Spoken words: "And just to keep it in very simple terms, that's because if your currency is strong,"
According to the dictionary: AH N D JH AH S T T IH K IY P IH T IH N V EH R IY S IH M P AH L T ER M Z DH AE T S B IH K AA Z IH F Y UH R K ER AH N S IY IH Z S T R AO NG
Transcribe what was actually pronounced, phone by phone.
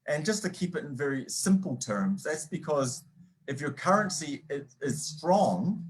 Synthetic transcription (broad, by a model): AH N JH AH S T T IH K IY P IH T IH N V EH R IY S IH M P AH L T ER M Z DH AE T S B IH K AA Z IH F Y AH R K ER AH N S IY IH Z S T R AO NG